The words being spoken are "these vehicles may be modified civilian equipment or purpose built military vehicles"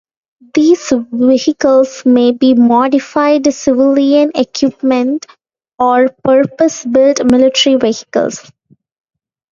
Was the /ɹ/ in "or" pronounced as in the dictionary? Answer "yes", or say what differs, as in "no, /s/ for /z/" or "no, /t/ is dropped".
yes